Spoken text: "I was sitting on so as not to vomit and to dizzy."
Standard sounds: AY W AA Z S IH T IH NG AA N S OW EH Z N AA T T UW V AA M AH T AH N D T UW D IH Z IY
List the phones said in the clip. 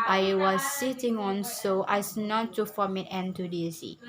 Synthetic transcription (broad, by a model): AY W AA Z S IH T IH NG AA N S OW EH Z N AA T T UW F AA M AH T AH N T UW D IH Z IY